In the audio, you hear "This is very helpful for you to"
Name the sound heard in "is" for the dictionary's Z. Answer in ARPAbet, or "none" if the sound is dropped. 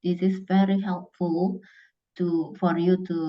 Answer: S